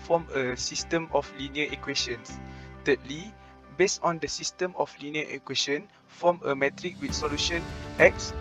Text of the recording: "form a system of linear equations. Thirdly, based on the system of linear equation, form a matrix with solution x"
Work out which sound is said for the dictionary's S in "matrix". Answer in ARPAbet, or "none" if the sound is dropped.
none